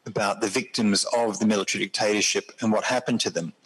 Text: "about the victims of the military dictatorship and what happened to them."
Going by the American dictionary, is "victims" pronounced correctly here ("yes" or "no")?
yes